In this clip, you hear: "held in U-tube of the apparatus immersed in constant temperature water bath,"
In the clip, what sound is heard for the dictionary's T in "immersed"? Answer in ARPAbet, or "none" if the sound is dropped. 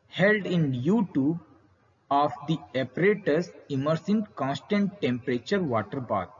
none